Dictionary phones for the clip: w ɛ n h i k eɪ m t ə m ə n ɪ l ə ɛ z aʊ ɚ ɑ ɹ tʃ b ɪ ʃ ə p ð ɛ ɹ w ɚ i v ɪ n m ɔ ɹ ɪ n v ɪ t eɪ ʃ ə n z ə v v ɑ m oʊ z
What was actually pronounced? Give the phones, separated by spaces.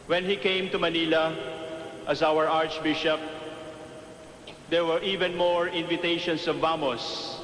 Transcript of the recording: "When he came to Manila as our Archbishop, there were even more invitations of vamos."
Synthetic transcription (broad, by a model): w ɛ n h i k eɪ m t ə m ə n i l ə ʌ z aʊ ɚ ɑ ɹ tʃ b ɪ ʃ ə p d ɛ ɹ w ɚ i v ɪ n m ɔ ɹ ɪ n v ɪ t eɪ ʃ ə n s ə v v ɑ m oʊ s